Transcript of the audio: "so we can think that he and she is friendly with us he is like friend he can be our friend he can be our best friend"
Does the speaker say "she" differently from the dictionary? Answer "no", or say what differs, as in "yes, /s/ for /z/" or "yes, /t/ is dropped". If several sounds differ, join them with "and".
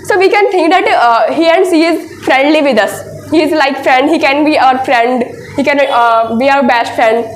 yes, /s/ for /ʃ/